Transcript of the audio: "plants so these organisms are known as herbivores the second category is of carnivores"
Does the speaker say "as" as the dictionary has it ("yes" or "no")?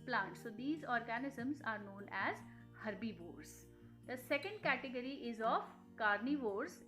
yes